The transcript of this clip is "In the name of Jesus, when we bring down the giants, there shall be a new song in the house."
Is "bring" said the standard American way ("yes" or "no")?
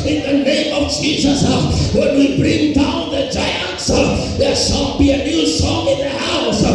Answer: yes